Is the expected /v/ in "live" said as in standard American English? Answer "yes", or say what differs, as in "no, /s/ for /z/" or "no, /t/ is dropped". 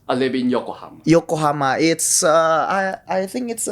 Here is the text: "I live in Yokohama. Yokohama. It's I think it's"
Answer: no, /b/ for /v/